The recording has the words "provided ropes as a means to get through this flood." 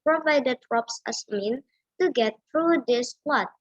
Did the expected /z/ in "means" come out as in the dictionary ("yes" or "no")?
no